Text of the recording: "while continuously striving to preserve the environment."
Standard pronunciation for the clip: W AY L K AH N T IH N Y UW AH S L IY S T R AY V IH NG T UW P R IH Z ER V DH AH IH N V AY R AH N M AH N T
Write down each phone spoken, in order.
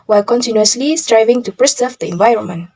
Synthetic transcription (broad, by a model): W AY L K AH N T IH N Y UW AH S L IY S T R AY V IH NG T UW P R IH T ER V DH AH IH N V AY R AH N M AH N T